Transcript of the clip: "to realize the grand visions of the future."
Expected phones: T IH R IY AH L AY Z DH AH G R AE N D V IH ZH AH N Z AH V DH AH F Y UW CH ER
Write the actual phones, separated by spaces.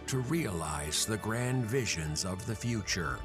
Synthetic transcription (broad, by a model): T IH R IY AH L AY Z DH AH G R AE N D V IH ZH AH N Z AH V DH AH F Y UW CH ER